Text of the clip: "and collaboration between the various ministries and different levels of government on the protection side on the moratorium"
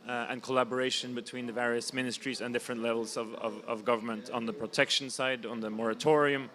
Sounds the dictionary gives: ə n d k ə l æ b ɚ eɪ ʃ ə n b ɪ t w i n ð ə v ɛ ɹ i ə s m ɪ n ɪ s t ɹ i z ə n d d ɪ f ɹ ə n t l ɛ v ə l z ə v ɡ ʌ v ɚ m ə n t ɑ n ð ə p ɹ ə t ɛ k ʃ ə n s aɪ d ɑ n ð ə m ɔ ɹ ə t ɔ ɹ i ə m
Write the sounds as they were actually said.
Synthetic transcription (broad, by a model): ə n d k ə l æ b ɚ eɪ ʃ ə n b ɪ t w i n ð ə v ɛ ɹ i ə s m ɪ n ɪ s t ɹ i z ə n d d ɪ f ɹ ə n t l ɛ v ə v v ə v ɡ ʌ v ɚ m ə n t n ð ə p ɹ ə t ɛ k ʃ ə n s aɪ d n ð ə m ɔ ɹ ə t ɔ ɹ i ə m